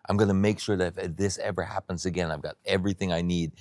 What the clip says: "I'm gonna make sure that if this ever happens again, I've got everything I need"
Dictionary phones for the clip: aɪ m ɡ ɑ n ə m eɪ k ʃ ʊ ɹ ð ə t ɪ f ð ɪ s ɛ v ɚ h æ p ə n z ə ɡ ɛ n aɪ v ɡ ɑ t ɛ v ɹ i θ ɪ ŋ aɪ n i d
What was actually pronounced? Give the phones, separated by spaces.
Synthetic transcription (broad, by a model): aɪ m ɡ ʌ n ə m eɪ k ʃ ʊ ɹ ð ə t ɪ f ð ɪ s ɛ v ɚ h æ p ə n z ə ɡ ɛ n aɪ v ɡ ɑ t ɛ v ɹ i θ ɪ ŋ aɪ n i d